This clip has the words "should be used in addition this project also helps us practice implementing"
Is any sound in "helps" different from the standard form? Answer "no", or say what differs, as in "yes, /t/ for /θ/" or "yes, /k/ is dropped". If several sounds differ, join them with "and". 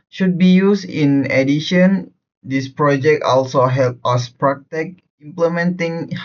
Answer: yes, /s/ is dropped